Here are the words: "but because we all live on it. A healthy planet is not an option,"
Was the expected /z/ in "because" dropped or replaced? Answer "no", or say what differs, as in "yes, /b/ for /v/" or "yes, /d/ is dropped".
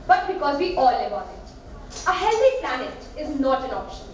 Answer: no